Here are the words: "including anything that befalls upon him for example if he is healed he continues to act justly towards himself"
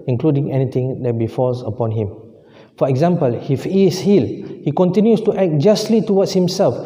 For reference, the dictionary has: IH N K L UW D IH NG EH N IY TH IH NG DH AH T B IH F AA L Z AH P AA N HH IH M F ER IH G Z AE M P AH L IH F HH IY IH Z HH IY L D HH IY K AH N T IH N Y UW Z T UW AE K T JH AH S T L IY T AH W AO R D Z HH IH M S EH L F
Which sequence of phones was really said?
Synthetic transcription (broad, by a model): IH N K L UW D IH NG EH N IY T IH NG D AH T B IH F AA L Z AH P AA N HH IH M F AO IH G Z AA M P AH L IH F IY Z HH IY L HH IY K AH N T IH N Y UW S T UW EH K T JH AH S T L IY T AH W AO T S HH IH M S EH L F